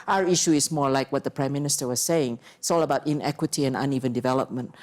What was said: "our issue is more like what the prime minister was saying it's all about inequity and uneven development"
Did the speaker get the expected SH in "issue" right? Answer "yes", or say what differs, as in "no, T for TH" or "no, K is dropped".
yes